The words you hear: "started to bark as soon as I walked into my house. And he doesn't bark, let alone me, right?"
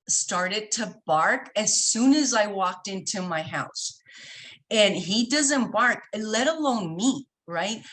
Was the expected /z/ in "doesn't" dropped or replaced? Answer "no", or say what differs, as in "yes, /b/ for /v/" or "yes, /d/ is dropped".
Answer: no